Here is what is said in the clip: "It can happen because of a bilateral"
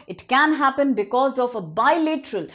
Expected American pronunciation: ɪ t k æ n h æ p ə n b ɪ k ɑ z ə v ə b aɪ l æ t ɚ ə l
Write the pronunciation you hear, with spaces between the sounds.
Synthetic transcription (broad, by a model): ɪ t k æ n h æ p ə n b ɪ k ɑ z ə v ə b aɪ l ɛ t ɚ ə l